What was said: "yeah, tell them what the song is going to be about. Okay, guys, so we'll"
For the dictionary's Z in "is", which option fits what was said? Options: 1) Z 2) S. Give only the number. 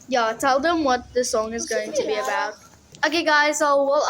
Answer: 1